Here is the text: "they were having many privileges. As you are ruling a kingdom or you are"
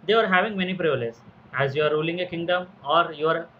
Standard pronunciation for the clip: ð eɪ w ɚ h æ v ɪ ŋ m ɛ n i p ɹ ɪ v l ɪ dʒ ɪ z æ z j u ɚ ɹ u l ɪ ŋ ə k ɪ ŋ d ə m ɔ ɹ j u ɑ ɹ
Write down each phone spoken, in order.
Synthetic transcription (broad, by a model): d eɪ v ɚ h æ v ɪ ŋ m ɛ n i p ɹ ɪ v ɪ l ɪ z æ z j u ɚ ɹ u l ɪ ŋ ə k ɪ ŋ d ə m ɔ ɹ j u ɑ ɹ